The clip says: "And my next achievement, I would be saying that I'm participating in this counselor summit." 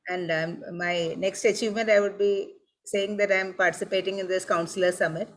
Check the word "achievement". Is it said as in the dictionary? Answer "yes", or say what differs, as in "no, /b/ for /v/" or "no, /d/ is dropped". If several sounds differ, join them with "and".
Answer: yes